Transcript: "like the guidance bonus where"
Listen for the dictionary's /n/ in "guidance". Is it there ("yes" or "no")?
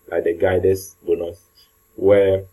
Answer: no